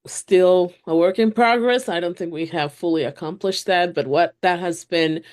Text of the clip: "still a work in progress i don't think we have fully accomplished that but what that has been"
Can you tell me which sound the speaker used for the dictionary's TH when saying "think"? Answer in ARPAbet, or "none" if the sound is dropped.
TH